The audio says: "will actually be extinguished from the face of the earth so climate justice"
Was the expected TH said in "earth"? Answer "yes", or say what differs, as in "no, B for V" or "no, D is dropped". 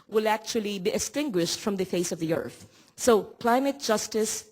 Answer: yes